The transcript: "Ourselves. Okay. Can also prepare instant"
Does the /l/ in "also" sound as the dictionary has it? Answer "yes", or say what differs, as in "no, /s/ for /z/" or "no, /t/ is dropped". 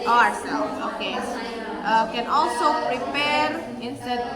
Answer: yes